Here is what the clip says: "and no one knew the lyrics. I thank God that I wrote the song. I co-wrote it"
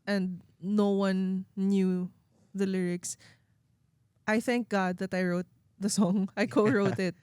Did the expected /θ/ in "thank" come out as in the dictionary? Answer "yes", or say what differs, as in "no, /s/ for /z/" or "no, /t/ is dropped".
yes